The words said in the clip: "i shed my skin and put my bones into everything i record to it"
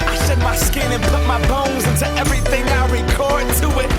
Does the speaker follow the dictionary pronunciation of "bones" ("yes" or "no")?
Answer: yes